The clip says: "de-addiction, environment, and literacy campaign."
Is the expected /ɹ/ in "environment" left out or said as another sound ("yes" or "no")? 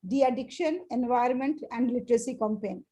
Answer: yes